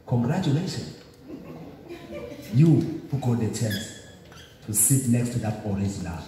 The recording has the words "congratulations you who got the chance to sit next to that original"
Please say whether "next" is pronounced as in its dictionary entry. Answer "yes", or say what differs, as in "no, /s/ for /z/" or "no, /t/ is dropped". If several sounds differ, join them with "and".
yes